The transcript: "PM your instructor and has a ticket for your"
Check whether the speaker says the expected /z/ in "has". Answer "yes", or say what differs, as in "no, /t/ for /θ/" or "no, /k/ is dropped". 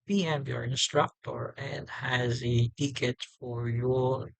yes